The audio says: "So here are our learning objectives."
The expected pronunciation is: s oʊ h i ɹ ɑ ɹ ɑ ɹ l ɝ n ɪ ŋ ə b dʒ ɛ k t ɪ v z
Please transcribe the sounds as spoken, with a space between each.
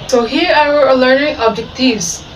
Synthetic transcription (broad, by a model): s oʊ h i ɹ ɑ w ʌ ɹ l ɝ n ɪ ŋ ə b dʒ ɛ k t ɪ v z